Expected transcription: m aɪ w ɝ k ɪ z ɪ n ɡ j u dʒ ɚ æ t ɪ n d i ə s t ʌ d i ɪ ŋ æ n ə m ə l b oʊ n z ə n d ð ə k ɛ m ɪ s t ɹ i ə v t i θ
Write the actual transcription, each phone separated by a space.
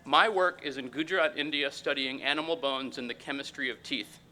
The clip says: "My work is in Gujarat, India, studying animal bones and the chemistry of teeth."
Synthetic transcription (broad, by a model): m aɪ w ɝ k ɪ z ɪ n ɡ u dʒ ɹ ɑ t ɪ n d i ə s t ʌ d i ɪ ŋ æ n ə m l b oʊ n z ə n ð ə k ɛ m ɪ s t ɹ i ə v t i θ